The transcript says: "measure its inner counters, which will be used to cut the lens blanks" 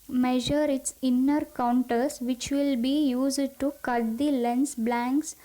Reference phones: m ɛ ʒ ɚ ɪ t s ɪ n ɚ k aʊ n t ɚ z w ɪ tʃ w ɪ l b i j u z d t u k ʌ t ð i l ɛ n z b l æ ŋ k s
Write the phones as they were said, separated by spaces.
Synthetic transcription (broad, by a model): m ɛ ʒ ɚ ɪ t s ɪ n ɚ k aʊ n t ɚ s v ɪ tʃ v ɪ l b i j u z d t u k ʌ t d i l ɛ n s b l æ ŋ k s